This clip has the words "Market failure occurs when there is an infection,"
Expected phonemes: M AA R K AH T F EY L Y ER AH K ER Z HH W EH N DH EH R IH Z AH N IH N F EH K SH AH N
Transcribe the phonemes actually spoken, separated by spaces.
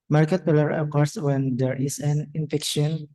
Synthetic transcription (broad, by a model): M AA R K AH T P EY L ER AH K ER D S W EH N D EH R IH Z AH N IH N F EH K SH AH N